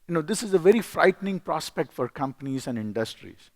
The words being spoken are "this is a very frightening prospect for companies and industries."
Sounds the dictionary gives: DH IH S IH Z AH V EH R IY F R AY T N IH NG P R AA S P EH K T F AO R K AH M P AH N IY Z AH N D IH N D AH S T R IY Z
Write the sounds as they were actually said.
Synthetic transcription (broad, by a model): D IH S IH Z AH V EH R IY F R AY T N IH NG P R AA S P EH K T F AO R K AH M P AH N IY Z AH N D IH N D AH S T R IY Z